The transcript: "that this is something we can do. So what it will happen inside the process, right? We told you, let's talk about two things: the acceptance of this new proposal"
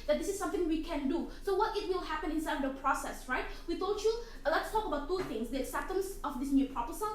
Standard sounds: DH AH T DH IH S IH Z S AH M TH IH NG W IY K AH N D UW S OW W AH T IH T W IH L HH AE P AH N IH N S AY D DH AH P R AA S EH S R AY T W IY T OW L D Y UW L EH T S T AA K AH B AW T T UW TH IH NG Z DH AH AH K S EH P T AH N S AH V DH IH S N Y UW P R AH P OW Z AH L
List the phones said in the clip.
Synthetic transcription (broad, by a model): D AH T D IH S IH S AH M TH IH NG W IY K AH N D UW S OW W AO T IH T W IH L HH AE P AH N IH N S AY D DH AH P R AA S EH S R AY T W IY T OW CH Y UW L EH T S T AA K AH B AW T T UW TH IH NG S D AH S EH T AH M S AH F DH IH S N Y UW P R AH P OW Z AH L